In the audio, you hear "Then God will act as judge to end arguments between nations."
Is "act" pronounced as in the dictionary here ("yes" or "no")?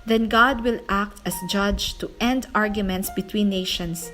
yes